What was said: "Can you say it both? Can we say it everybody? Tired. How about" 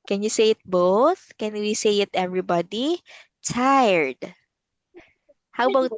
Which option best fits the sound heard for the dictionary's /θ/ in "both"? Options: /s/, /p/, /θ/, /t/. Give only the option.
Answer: /θ/